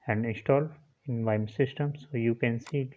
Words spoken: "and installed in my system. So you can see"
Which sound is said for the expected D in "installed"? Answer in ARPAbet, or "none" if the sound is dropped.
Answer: none